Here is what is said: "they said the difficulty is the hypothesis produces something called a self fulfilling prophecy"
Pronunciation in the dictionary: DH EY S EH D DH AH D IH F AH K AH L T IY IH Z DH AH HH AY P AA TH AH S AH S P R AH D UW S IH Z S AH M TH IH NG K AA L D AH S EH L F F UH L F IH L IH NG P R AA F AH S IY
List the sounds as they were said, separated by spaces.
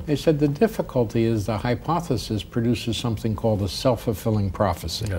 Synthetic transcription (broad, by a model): DH EY S EH D DH AH D IH F AH K AH L T IY IH Z DH AH HH AY P AA TH AH S AH S P R AH D UW S IH Z S AH M TH IH NG K AA L D AH S EH L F F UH F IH L IH NG P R AA F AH S IY